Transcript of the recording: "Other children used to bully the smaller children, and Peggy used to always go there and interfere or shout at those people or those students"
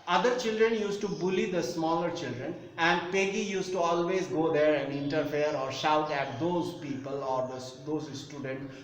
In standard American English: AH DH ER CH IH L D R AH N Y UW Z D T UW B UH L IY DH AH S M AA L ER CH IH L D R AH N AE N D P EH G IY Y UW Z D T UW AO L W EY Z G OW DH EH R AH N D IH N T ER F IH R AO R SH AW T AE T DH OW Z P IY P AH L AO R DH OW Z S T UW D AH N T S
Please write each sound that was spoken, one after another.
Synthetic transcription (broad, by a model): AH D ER CH IH L D R AH N Y UW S T UW B UH L IY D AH S M AA L ER CH IH L D R AH N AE N D P EH G IY Y UW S T UW AO L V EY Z G OW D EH R AH N D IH N T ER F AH R AO R SH AW T AE T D OW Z P IY P AH L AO R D OW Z S T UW D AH N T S